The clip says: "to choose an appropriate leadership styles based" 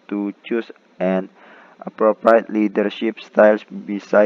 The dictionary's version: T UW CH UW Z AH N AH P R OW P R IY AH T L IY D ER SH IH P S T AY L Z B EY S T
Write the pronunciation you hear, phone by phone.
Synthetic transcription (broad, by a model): T UW CH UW S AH N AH P R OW P R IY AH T L IY D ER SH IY P S T AY L S B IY S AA